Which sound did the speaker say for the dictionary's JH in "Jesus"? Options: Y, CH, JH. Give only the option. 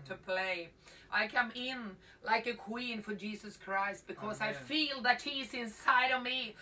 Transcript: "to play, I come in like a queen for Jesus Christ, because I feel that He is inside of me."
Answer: JH